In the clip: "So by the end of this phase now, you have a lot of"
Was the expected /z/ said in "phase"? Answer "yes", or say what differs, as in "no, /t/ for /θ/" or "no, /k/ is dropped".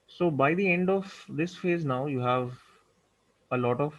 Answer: yes